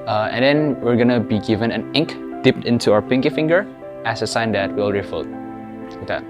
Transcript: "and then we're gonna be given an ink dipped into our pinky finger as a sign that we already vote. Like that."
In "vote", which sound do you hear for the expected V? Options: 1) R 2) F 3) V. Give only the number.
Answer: 2